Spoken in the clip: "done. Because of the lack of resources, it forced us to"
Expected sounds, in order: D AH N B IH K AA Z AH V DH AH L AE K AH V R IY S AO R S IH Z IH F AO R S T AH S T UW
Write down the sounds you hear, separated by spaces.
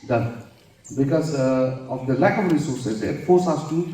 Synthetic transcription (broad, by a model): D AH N B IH K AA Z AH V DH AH L AE K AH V R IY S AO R S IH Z IH F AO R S AA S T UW